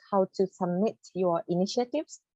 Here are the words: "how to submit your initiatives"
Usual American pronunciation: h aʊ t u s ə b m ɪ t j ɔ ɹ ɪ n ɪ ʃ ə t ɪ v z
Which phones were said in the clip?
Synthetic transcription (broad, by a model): h aʊ t u s ə b m ɪ t j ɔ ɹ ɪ n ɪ ʃ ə t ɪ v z